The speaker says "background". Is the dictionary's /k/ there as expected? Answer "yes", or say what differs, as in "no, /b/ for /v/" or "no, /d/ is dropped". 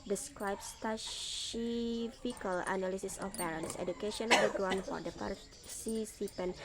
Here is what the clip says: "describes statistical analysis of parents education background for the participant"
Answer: no, /k/ is dropped